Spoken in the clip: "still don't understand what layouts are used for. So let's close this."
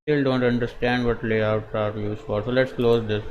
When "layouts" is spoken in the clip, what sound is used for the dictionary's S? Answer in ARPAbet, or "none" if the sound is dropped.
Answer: none